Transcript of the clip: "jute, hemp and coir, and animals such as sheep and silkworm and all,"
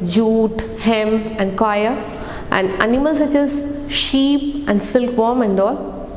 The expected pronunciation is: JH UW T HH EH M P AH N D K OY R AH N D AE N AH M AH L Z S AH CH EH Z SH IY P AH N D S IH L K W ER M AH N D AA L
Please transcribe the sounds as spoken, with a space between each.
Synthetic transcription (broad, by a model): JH UW T HH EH M AH N D K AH R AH N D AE N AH M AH L S AH CH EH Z SH IY P AH N D S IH L K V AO M AH N D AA L